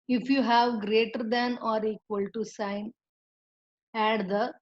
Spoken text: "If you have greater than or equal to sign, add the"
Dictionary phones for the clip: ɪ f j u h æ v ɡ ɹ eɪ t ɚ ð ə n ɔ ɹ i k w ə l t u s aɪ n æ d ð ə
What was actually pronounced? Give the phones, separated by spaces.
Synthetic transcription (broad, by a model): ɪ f j u h æ v ɡ ɹ eɪ t ɚ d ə n ɔ ɹ i k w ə l t u s aɪ n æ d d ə